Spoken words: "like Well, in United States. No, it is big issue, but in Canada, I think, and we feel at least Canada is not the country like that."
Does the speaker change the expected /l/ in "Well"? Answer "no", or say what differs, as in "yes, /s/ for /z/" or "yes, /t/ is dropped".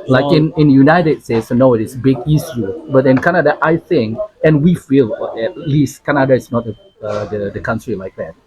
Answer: yes, /n/ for /l/